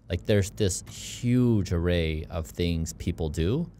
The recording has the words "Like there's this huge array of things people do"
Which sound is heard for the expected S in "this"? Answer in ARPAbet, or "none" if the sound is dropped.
S